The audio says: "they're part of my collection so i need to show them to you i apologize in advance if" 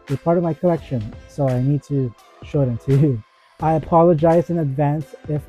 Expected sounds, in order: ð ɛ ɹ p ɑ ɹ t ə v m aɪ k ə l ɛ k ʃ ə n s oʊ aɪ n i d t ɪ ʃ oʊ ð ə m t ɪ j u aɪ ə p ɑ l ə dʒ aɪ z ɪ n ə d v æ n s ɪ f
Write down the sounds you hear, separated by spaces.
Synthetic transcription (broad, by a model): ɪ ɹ p ɑ ɹ t ə v m aɪ k ə l ɛ k ʃ ə n s oʊ aɪ n i d t ɪ ʃ oʊ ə t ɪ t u aɪ ə p ɑ l ə dʒ aɪ z ɪ n ə d v æ n s ɪ f